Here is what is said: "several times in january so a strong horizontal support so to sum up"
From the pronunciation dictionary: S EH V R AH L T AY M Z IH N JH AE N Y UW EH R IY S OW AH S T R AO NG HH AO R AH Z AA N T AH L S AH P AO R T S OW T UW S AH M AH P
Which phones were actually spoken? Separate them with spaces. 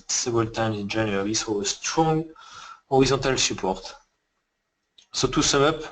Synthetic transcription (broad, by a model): S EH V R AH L T AY M Z IH N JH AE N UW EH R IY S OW AH S T R AO NG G AO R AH Z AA T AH L S AH P AO R T S OW T UW S AH M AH P